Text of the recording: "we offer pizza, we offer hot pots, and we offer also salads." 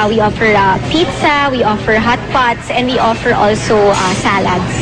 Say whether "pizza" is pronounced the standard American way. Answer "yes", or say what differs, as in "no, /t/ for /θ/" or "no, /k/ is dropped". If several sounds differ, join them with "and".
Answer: yes